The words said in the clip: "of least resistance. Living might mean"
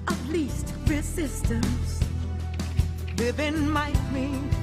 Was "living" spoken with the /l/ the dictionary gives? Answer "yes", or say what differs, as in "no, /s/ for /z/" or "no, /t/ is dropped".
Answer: no, /w/ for /l/